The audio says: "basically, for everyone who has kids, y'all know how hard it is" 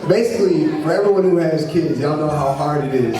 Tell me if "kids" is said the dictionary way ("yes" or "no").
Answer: yes